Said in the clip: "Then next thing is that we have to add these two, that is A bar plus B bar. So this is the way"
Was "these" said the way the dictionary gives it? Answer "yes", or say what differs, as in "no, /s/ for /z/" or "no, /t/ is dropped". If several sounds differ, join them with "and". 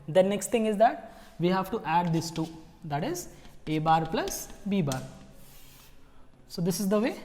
no, /s/ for /z/